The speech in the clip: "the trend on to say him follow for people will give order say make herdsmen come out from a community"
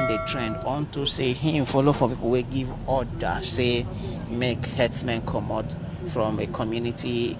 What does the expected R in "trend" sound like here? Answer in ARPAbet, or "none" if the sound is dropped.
R